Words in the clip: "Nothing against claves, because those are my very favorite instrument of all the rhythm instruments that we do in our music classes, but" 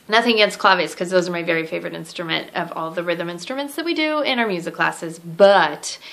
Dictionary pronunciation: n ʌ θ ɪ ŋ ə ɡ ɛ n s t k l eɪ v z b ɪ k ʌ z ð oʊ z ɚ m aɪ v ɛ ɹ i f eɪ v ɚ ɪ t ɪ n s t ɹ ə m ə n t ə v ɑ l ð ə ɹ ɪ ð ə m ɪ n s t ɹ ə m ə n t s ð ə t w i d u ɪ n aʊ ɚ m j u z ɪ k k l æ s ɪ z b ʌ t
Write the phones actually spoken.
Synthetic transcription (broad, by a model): n ʌ θ ɪ ŋ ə ɡ ɛ n s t k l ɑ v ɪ k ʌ z ð oʊ z ɚ m aɪ v ɛ ɹ i f eɪ v ɚ ɪ t ɪ n s t ɹ ə m ə n t ə v ɑ l ð ə ɹ ɪ ð ə m ɪ n s t ɹ ə m ə n t s ð ə t w i d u ɪ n aʊ ɚ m j u z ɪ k k l æ s ɪ z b ʌ t